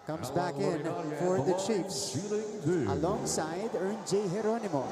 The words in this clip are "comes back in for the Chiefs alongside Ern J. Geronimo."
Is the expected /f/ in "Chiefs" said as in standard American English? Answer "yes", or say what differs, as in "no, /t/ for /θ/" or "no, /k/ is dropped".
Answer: no, /p/ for /f/